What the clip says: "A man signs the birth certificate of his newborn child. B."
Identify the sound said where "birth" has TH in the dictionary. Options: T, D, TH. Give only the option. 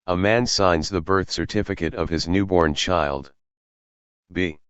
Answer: TH